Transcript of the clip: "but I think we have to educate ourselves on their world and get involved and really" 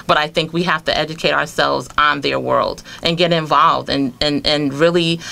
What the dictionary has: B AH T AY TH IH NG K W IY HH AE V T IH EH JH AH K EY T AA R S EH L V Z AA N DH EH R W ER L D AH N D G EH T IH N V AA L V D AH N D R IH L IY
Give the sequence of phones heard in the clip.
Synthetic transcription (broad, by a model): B AH T AY TH IH NG K W IY HH AE F T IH EH JH AH K EY T AA R S EH L V Z N DH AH R W ER L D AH N G EH T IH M V AA L V D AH N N R IH L IY